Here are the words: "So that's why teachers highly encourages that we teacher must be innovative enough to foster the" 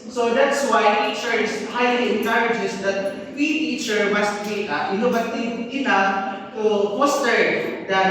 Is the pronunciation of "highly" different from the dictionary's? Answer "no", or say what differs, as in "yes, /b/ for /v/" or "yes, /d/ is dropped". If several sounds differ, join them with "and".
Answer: no